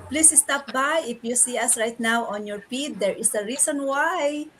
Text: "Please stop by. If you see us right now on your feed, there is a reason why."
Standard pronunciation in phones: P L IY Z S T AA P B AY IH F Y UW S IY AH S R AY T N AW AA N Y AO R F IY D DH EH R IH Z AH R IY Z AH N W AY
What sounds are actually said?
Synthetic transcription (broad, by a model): P L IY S S T AA P B AY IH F Y UW S IY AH S R AY T N AW AA N Y AO R P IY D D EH R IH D AH R IY S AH N W AY